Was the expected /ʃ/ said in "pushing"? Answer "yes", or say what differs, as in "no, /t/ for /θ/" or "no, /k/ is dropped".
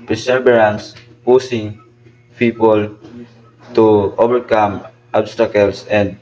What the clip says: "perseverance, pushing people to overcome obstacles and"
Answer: no, /s/ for /ʃ/